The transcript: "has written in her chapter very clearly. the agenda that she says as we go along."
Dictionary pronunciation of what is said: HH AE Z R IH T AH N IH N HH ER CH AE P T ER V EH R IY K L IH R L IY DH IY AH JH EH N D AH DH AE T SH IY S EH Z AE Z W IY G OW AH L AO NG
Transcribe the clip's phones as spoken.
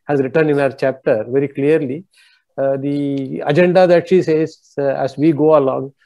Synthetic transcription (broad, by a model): HH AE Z R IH T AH N IH N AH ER CH AE P T ER V EH R IY K L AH R L IY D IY AH JH EH N D AH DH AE T SH IY S EH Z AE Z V IY G OW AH L AO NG